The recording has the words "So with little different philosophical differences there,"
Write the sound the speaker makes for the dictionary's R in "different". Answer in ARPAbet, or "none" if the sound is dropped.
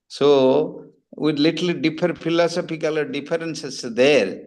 none